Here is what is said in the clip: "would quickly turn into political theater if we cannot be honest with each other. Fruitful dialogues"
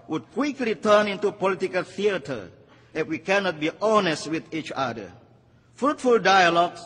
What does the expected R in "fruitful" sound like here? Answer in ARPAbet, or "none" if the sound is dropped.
R